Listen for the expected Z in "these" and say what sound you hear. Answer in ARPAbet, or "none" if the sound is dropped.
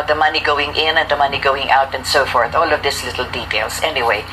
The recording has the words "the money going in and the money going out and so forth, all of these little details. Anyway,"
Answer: S